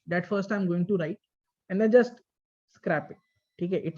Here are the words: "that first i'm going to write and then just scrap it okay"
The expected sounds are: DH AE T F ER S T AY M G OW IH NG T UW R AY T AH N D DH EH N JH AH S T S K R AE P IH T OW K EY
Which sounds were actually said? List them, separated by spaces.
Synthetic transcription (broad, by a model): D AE T F ER S T AY M G OW IH NG T UW R AY T AH N D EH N JH AH S T S K R AE P IH T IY K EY